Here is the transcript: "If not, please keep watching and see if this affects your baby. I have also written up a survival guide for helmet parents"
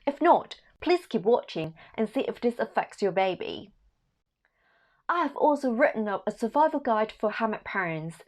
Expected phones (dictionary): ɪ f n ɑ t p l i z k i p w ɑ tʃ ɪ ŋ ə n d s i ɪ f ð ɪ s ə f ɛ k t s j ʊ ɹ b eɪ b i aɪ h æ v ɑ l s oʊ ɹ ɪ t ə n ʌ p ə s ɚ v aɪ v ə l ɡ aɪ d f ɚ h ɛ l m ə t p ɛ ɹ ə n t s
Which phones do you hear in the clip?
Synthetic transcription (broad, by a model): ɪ f n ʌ t p l i z k i p w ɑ tʃ ɪ ŋ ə n s i ɪ f ð ɪ s ə f ɛ k t s j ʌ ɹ b eɪ b i aɪ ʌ v ɑ l s oʊ ɹ ɪ t n ʌ p ə s ɚ v aɪ v ə l ɡ aɪ d f ɚ h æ m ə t p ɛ ɹ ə n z